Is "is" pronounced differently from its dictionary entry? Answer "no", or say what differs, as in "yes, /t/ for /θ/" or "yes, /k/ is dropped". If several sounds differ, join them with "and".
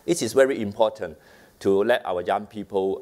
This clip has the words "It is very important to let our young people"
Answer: yes, /s/ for /z/